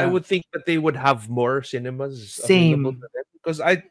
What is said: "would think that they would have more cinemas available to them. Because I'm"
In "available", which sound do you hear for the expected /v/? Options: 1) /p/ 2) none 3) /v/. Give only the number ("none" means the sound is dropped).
2